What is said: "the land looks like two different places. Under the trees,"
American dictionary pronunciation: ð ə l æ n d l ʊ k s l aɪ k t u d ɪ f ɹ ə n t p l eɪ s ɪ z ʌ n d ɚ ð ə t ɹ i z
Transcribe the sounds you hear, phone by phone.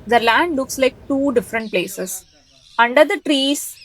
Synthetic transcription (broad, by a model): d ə l æ n d l ʊ k s l aɪ k t u d ɪ f ɹ ə n t p l eɪ s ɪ s ʌ n d ɚ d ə t ɹ i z